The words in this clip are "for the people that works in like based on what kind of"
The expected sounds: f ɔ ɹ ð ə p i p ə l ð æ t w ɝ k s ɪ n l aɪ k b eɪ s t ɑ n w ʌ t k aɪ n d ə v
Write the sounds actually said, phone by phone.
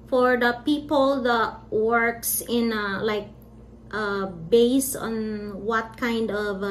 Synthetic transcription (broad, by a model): f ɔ ɹ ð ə p i p ə l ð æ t w ɝ k s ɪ n l aɪ k b eɪ s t ɑ n w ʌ t k aɪ n d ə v